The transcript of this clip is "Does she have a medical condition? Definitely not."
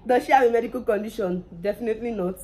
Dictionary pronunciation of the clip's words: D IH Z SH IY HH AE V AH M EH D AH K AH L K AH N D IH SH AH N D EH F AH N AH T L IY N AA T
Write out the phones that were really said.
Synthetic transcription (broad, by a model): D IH SH IY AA W AH M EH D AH K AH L K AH N D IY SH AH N D EH F AH N AH T L IY N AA